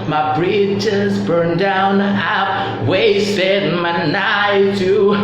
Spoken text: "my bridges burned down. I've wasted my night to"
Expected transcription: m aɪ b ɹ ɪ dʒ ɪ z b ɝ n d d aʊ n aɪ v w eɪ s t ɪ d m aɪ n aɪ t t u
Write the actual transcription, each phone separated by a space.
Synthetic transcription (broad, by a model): m aɪ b ɹ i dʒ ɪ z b ɝ n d d aʊ n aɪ p w eɪ s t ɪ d m aɪ n aɪ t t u